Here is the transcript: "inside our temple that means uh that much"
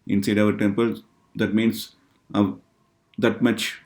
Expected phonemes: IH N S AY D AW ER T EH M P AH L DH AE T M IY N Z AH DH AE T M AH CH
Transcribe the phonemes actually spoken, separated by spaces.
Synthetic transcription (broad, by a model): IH N S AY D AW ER T EH M P AH L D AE T M IY N S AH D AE T M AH CH